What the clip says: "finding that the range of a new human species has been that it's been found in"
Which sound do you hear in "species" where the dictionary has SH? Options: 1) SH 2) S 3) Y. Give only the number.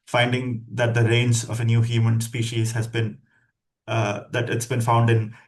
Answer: 1